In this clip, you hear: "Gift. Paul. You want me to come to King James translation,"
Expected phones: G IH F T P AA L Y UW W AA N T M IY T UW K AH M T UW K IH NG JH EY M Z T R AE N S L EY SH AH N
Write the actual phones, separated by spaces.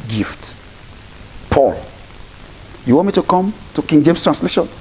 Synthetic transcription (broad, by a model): G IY F T P AA L Y UW W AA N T M IY T UW K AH M T UW K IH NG JH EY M S T R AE N S L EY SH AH N